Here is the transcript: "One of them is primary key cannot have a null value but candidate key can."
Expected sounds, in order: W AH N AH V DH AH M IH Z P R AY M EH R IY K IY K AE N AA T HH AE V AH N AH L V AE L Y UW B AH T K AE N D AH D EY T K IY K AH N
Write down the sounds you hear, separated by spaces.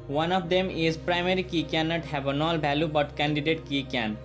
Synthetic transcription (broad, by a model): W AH N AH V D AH M IH Z P R AY M EH R IY K IY K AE N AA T HH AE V AH N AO L B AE L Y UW B AH T K AE N D AH D EY T K IY K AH N